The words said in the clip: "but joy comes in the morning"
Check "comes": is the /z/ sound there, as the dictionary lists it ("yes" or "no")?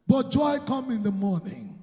no